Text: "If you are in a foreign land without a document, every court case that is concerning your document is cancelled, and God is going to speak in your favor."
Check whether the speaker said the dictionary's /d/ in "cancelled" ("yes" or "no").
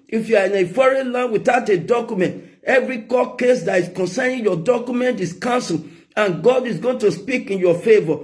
no